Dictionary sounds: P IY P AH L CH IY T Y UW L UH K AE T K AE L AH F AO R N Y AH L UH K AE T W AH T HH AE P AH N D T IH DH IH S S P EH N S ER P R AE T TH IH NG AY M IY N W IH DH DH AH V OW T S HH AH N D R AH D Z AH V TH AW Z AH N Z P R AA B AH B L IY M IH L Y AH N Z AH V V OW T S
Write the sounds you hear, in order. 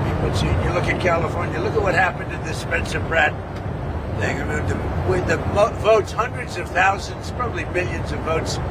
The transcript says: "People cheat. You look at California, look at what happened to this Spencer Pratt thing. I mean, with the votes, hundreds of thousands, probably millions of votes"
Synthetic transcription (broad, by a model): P IY P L S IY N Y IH L UH K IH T K AE L AH F AO R N Y AH L UH K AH T W AH T HH AE P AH N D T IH DH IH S S P EH N S ER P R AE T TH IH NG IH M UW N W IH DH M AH V OW T S HH AH N D R AH D Z AH V TH AW Z AH N Z P R AA B AH B L IY M IH L Y AH N Z AH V V OW T S